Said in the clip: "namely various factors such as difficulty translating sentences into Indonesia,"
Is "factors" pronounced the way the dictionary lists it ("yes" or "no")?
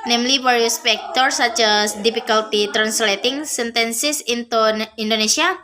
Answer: no